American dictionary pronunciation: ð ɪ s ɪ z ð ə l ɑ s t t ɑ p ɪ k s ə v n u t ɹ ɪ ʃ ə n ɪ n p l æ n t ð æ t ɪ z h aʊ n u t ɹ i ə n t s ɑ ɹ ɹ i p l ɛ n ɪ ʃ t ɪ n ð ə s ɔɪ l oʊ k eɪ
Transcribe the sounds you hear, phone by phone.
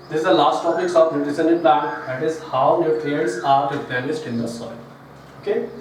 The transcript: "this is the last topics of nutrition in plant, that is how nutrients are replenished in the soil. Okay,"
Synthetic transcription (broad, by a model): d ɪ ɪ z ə l ɑ s t t ɑ p ɪ k s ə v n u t ɪ s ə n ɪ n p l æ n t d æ t ɪ z h aʊ n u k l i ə t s ɑ ɹ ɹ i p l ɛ l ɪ s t ɪ n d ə s ɔɪ l oʊ k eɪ